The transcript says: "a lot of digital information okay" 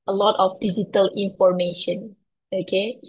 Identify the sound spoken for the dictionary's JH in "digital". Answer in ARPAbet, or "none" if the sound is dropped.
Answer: Z